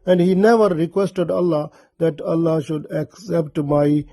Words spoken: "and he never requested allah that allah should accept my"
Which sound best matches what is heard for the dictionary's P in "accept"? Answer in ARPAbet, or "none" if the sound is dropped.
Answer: P